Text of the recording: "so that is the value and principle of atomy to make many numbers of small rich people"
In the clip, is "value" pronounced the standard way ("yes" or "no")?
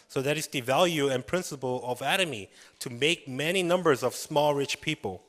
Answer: yes